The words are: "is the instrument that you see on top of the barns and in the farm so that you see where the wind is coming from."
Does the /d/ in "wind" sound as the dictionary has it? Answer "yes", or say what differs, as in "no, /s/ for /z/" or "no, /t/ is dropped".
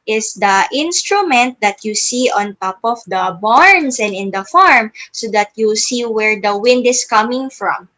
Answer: yes